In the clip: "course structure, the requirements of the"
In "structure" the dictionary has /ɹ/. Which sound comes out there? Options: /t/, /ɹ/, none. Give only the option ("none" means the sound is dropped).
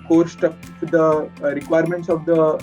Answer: none